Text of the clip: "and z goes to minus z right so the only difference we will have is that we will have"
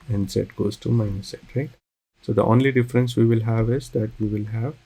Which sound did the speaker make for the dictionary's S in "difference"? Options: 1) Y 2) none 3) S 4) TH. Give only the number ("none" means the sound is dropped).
3